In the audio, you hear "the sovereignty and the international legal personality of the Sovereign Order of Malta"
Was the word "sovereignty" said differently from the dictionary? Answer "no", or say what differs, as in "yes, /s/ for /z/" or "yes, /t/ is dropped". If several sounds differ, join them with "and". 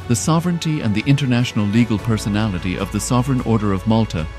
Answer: no